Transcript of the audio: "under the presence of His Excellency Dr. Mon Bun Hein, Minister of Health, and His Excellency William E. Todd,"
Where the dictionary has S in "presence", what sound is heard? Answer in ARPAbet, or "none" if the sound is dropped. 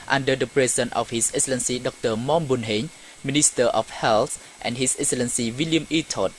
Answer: none